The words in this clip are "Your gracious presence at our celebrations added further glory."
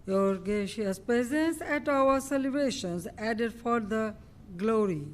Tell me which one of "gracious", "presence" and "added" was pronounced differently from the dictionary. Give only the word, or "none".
gracious